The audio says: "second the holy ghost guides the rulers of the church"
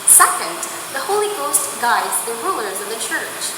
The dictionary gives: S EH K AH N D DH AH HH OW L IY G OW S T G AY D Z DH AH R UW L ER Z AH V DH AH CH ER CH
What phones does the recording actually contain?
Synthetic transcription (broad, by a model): S EH K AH N D DH AH HH OW L IY G OW S T G AY D Z DH AH R UW L ER Z AH V DH AH CH ER CH